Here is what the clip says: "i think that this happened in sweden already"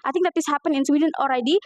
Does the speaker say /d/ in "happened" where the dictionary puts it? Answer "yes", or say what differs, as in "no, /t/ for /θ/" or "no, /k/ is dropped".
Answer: no, /d/ is dropped